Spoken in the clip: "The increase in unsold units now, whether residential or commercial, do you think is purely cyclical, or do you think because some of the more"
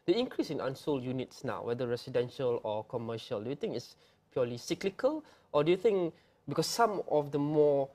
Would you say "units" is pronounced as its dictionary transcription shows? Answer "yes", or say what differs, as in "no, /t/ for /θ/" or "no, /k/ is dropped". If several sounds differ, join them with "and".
yes